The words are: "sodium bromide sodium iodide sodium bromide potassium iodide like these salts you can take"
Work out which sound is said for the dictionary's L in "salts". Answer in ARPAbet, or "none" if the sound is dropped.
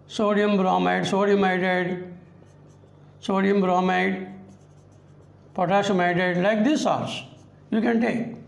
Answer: none